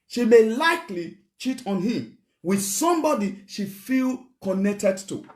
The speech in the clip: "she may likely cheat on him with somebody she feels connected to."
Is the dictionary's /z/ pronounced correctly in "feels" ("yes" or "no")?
no